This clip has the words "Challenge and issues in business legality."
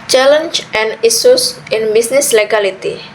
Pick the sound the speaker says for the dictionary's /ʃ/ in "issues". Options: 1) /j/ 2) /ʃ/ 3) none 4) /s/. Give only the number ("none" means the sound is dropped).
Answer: 4